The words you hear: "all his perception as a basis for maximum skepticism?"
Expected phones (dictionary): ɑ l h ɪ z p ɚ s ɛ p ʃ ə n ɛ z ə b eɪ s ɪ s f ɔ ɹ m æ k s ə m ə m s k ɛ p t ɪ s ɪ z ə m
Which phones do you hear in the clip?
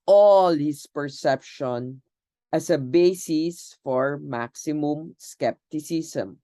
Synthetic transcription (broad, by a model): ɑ l h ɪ s p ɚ s ɛ p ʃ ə n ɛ s ə b eɪ s ɪ s f ɔ ɹ m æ k s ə m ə m s k ɛ p t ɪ s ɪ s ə m